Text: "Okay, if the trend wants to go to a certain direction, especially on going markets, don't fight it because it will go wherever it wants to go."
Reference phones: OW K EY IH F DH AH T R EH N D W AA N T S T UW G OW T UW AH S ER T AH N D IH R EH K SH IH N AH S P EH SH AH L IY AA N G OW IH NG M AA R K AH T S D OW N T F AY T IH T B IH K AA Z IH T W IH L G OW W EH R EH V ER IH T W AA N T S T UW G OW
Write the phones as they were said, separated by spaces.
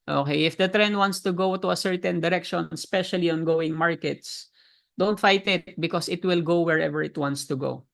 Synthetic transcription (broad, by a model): OW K EY IH F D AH T R EH N D W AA N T S T UW G OW T UW AH S ER T AH N D IH R EH K SH IH N S P EH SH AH L IY AA N G OW IH NG M AA R K AH T S D OW N T F AY T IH T B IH K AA S IH T W IH L G OW W EH R EH V ER IH T W AA N T S T UW G OW